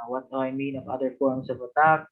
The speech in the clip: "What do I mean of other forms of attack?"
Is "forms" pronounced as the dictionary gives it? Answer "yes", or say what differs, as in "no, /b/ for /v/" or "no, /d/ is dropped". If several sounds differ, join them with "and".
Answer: no, /p/ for /f/